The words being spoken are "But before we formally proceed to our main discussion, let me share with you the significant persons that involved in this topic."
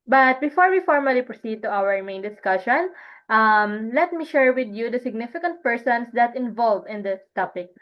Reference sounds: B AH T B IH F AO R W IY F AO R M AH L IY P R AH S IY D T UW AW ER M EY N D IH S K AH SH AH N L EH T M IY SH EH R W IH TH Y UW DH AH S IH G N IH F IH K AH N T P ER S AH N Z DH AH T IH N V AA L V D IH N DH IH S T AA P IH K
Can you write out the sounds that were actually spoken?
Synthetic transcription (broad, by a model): B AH T B IH F AO R W IY F AO R M AH L IY P R AH S IY D T UW AW ER M EY N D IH S K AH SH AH N L EH T M IY SH EH R W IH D Y UW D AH S IH G N IH F IH K AH N T P ER S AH N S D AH T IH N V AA L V IH N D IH S T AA P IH K